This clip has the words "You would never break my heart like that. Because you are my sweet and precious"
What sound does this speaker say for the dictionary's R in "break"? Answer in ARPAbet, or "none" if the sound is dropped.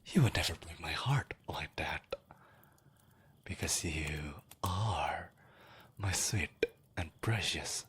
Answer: none